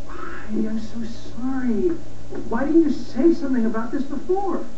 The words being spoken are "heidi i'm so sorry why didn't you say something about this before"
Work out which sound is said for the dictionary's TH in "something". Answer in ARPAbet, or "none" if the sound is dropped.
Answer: TH